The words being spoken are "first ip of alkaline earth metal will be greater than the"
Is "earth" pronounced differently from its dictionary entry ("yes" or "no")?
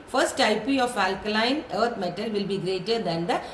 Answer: yes